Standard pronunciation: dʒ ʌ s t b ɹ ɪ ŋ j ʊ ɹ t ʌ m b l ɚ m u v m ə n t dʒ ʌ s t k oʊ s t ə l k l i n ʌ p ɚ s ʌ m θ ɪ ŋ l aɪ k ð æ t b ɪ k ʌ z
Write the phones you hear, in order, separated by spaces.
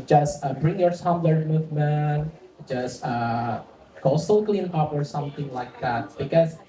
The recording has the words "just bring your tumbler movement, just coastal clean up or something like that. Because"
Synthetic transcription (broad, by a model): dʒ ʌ s t b ɹ ɪ ŋ j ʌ ɹ s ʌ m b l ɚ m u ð m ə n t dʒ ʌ s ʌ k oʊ s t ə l k l i n ʌ p ɚ s ʌ m θ ɪ ŋ l aɪ k ð æ t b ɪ k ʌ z